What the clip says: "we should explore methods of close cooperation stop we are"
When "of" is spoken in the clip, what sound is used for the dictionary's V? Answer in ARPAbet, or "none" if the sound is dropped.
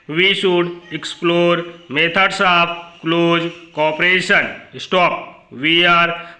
P